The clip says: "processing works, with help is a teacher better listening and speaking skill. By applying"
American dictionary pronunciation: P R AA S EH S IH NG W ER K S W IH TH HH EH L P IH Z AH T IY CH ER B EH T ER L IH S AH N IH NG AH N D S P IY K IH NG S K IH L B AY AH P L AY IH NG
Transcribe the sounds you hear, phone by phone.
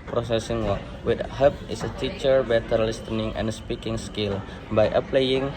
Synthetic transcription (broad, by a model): P R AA S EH S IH NG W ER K W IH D HH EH P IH S AH T IY CH ER B EH T ER L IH S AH N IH NG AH N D S P IY K IH NG S K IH L B AY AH P L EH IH NG